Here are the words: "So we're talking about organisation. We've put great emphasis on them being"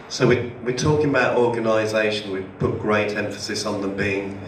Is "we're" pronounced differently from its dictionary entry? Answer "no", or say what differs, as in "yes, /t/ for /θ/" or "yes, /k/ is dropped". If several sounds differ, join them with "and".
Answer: yes, /w/ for /ɹ/